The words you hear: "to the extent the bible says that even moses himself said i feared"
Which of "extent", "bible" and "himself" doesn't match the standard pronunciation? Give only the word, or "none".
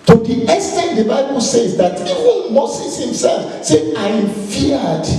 extent